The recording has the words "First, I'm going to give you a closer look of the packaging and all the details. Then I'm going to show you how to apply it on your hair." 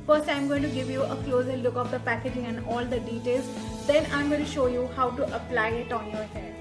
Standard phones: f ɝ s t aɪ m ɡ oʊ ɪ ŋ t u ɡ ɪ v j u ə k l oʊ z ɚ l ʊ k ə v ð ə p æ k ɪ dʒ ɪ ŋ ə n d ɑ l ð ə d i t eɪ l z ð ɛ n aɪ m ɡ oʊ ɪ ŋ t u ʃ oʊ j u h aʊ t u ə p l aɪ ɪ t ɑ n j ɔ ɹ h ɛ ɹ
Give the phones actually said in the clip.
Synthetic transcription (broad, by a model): f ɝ s t aɪ m ɡ oʊ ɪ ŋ t u ɡ ɪ v j u ə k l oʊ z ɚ l ʊ k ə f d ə p æ k ɪ dʒ ɪ ŋ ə n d ɑ l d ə d i t eɪ l z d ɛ n aɪ m ɡ oʊ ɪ t u ʃ oʊ j u h aʊ t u ə p l aɪ ɪ t ɑ n j ɔ ɹ h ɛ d